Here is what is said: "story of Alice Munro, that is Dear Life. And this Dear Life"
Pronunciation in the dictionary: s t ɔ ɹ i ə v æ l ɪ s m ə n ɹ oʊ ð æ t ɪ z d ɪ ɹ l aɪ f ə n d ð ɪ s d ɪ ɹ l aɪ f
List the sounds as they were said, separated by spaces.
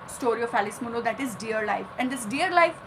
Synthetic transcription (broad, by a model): s t ɔ ɹ i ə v æ l ɪ s m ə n oʊ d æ t ɪ z d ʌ ɹ l aɪ f ə n d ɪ s d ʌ ɹ l aɪ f